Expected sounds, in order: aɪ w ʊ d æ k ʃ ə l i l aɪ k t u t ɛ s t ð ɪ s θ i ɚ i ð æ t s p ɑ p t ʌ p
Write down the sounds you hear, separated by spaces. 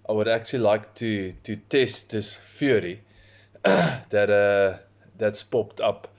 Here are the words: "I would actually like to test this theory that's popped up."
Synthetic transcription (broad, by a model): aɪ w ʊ d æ k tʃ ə l i l aɪ k t u t ɛ s t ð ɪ s f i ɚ i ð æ t s p ɑ p t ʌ p